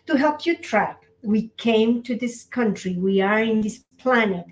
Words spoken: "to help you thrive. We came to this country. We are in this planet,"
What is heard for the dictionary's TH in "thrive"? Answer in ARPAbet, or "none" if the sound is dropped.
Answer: T